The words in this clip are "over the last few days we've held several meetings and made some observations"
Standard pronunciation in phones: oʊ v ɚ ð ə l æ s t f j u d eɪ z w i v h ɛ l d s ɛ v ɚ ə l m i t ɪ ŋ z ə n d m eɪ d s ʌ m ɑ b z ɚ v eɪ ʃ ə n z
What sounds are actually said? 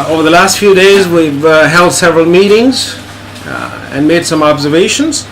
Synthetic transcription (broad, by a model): oʊ v ɚ ð ə l æ s t f j u d eɪ z w i v h ɛ l d s ɛ v ɚ ə l m i t ɪ ŋ z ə n m eɪ d s ʌ m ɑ b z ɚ v eɪ ʃ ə n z